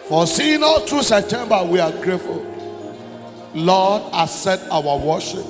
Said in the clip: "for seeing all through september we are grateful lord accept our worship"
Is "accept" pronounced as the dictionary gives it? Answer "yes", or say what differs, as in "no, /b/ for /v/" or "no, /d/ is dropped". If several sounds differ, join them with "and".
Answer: no, /k/ is dropped and /p/ is dropped